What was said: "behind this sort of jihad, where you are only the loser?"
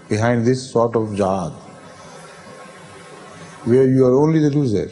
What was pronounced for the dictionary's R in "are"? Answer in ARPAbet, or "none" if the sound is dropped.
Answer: R